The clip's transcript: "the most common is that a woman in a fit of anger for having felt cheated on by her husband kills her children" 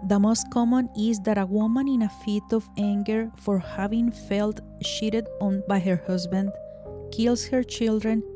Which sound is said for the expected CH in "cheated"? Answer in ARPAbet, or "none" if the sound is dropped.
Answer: SH